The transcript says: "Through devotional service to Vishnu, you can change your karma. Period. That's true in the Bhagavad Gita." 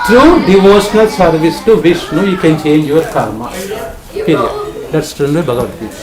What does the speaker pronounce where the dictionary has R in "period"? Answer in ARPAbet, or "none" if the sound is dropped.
L